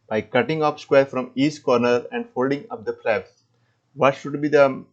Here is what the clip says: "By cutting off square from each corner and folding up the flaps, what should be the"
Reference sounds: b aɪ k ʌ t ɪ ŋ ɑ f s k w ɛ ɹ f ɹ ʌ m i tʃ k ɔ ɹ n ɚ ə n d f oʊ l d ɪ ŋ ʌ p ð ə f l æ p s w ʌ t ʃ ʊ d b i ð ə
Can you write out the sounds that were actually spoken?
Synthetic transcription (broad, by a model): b aɪ k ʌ t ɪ ŋ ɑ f s k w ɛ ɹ f ɹ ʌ m i s k ɔ ɹ n ɚ ə n d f oʊ l d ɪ ŋ ʌ p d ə p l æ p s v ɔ t ʃ ʊ d b i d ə